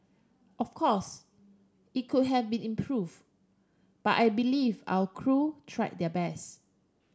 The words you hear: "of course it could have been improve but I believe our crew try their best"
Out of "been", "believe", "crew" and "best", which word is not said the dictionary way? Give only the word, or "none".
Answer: best